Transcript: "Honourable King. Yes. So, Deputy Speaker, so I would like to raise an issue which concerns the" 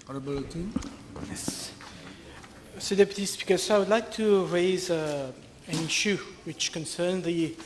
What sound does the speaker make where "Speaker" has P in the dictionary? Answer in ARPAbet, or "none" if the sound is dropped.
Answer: B